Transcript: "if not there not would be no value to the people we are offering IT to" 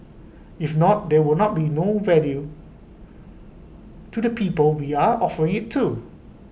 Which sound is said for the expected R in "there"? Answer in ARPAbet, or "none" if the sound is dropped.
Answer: W